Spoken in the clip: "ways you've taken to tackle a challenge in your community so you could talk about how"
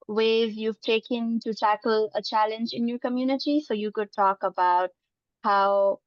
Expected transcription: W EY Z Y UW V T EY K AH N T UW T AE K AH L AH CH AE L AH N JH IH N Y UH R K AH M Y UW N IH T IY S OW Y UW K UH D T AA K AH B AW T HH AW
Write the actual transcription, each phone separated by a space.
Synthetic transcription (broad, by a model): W EY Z Y UW V T EY K AH N T UW T AE K AH L AH CH AE L AH N JH IH N Y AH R K AH M Y UW N IH T IY S OW Y UW K UH D T AA K AH B AW T HH AW